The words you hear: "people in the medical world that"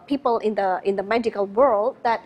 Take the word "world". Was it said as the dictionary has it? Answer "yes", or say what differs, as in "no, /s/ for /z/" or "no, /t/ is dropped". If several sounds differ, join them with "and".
yes